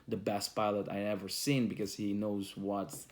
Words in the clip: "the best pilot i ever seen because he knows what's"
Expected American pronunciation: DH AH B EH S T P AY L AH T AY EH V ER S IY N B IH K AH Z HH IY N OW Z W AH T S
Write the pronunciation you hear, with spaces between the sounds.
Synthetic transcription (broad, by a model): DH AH B EH S T P AY L AH T AY EH V ER S IY N B IH K AH Z HH IY N OW Z W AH T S